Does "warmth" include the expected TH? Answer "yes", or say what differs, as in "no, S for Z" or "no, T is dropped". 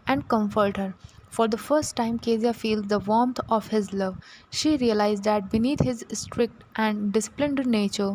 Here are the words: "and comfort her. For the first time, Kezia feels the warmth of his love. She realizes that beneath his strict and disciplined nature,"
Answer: no, T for TH